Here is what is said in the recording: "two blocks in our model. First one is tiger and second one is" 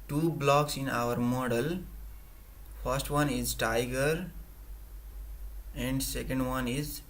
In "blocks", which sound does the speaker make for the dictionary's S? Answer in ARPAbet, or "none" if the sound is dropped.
S